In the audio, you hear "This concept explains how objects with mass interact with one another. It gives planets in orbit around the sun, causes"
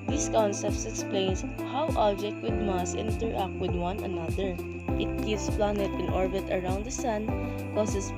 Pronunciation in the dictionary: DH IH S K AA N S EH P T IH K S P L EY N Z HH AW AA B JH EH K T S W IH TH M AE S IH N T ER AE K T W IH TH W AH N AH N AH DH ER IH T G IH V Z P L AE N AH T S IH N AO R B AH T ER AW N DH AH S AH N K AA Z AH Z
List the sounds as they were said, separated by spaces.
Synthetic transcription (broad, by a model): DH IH S K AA N S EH P T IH K S P L EY N S HH AW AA B JH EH K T W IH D M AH S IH N T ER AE K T W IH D W AH N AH N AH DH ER IH T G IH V S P L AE N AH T IH N AO R B AH T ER AW N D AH S AH N K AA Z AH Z